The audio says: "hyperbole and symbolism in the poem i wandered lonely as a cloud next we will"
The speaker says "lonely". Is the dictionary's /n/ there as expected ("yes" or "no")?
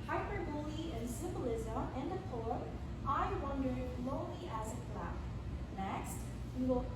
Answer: no